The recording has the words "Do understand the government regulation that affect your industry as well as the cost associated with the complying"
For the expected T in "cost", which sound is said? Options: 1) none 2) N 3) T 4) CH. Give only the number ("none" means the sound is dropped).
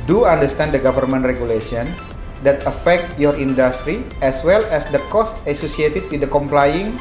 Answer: 3